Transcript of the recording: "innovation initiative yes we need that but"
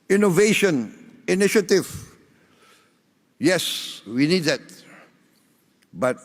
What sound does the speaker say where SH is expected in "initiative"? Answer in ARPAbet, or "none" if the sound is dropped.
SH